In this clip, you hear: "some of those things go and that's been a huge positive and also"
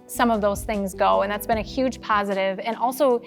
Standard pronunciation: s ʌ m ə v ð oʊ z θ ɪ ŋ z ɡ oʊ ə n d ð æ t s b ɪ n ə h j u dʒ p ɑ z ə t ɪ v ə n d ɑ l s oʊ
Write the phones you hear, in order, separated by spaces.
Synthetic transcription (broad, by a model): s ʌ m ə v ð oʊ z θ ɪ ŋ z ɡ oʊ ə n ð æ t s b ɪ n ə h j u dʒ p ɑ z ə t ɪ v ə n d ɑ l s oʊ